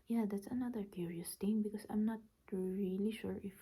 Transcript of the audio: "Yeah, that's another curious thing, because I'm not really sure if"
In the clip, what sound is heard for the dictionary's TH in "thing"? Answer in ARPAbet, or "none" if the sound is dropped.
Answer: T